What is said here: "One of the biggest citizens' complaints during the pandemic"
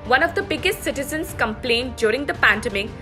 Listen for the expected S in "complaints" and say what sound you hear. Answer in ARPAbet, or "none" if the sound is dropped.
none